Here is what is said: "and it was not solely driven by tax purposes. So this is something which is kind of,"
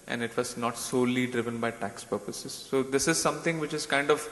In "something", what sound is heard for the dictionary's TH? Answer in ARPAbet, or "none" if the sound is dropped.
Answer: T